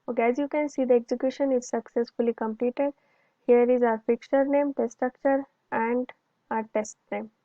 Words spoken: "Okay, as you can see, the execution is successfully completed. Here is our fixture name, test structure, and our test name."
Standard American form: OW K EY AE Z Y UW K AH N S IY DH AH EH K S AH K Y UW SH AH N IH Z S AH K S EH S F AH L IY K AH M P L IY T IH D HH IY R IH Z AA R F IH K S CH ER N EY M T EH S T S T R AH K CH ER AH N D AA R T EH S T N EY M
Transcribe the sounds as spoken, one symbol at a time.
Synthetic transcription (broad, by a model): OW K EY AE Z Y UW K AH N S IY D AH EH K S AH K Y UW SH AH N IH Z S AH K S EH S F AH L IY K AH M P L IY T IH D HH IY R IH Z AA R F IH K CH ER N EY M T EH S S T R AH K CH ER AH N D AA R T EH S T N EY M